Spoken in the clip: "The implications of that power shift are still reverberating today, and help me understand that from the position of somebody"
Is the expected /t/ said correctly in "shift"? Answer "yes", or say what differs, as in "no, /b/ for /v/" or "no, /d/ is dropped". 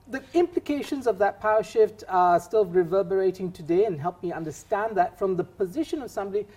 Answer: yes